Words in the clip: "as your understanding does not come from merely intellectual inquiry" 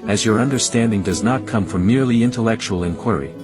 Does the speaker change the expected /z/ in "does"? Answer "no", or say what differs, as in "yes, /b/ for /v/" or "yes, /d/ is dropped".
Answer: no